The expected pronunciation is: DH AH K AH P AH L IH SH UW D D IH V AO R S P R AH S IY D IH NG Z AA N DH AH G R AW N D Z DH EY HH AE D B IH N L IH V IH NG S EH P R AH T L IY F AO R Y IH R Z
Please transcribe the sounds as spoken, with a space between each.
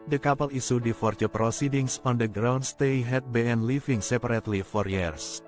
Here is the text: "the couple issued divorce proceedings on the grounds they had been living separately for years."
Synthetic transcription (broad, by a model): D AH K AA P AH L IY S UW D D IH F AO R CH P R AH S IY D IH NG S AA N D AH G R AW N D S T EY HH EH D B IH N L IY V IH NG S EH P R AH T L IY F AO R Y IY R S